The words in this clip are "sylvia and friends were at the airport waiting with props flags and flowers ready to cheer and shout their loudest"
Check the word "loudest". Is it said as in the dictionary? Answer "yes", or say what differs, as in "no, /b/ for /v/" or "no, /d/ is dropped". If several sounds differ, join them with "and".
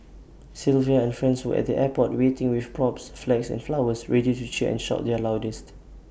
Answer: yes